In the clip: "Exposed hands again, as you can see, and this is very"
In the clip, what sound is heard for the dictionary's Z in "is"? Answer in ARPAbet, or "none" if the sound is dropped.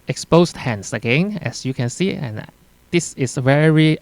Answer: S